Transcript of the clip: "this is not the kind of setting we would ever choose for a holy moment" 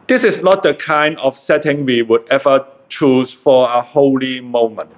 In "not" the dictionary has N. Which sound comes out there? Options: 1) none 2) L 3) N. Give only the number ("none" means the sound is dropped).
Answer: 3